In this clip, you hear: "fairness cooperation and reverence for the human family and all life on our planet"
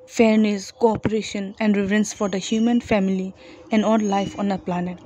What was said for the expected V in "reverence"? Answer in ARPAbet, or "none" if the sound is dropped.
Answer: F